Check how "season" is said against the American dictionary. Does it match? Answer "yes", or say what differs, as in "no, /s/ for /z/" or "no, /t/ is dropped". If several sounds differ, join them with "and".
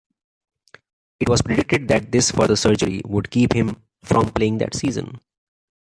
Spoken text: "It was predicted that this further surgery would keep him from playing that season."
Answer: yes